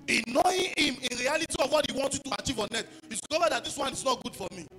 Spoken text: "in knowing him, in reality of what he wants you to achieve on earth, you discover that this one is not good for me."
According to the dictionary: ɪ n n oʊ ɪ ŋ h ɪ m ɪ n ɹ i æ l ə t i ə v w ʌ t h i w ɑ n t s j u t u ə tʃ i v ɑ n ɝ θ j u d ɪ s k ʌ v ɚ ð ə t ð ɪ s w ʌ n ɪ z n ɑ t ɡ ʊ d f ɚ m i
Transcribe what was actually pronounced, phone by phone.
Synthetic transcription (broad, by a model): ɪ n n oʊ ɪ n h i m ɪ n ɹ i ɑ l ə t i ə v w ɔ t h i w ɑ n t j u t u ə tʃ i v ɑ n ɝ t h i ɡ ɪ k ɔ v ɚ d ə t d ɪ s w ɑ n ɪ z n ɑ t ɡ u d f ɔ m i